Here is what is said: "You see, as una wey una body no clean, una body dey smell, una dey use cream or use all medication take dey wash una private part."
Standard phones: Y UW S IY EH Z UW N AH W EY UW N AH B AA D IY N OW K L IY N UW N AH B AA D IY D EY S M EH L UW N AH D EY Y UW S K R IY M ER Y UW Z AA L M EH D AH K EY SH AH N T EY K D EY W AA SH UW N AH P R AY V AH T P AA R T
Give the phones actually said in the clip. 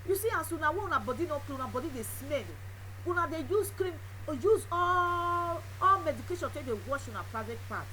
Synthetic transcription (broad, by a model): Y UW S IY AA S UW N AH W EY UW N AH B AA D IY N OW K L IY UW N AH B AA D IY D EY S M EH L UW N AH D EY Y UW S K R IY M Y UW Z AA L M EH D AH K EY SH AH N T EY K D EY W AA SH UW N AH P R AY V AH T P AA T